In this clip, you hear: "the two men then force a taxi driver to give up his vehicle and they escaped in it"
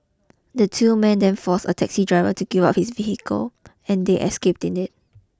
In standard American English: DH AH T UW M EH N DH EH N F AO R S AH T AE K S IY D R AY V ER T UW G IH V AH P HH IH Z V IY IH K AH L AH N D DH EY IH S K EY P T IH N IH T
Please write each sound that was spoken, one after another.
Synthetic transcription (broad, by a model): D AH T UW M EH N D EH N F AO S AH T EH K S IY D R AY V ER T UW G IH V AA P HH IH S V IY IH K AH L AH N D EY IH S K EY P T IH N IH T